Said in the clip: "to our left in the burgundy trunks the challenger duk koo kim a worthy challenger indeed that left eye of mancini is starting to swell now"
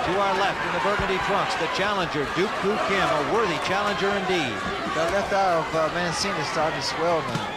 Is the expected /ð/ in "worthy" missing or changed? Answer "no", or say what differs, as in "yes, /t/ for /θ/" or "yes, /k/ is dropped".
no